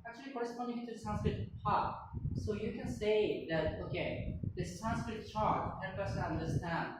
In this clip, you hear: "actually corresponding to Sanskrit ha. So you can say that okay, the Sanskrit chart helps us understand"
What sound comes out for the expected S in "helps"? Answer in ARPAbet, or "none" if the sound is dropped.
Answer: none